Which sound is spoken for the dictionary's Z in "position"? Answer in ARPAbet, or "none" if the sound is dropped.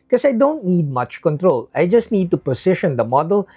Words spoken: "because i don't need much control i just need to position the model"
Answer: S